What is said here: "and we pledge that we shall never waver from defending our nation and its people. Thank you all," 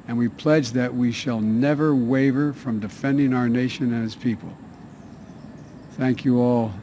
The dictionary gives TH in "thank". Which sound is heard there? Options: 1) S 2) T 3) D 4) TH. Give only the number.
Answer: 4